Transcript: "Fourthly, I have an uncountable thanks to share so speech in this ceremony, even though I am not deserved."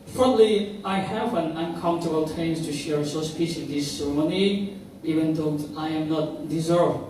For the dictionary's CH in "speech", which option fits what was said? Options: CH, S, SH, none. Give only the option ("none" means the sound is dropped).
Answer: S